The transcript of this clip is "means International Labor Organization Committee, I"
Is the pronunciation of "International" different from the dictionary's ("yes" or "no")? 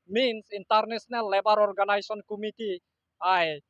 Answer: yes